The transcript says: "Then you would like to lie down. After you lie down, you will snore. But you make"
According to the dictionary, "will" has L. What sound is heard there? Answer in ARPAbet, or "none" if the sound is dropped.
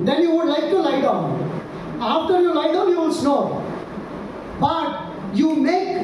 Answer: N